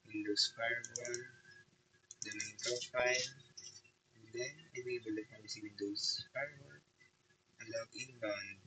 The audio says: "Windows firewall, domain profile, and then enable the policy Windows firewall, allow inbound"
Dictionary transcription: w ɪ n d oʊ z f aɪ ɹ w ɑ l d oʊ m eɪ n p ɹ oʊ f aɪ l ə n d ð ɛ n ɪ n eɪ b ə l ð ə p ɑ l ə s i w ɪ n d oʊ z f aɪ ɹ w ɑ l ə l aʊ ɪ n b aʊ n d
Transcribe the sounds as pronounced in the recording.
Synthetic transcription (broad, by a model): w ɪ n d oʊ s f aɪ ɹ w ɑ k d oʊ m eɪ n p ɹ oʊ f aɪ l ə n d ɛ n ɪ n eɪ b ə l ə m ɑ w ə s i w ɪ n d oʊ s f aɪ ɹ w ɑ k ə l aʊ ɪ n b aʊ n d